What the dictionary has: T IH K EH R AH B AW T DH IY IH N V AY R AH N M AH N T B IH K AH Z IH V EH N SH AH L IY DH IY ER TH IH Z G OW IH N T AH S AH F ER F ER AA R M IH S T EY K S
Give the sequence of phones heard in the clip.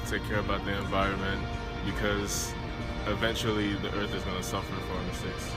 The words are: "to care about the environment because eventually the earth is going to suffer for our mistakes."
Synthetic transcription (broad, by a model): T IH K EH R AH B AW T DH IY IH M V AY R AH N M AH N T B IH K AH Z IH V EH N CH L IY DH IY ER TH IH Z G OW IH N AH S AH F ER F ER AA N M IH S T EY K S